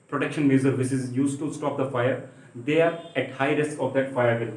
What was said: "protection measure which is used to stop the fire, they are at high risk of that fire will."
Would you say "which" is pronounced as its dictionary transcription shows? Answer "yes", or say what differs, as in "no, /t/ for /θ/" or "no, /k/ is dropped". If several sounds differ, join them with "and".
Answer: no, /s/ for /tʃ/